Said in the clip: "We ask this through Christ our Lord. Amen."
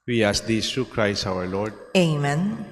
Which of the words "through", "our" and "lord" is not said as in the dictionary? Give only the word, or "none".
through